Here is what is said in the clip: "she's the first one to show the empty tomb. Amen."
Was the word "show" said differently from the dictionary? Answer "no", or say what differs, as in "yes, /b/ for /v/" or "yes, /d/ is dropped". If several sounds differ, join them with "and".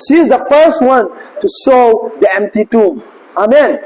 yes, /s/ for /ʃ/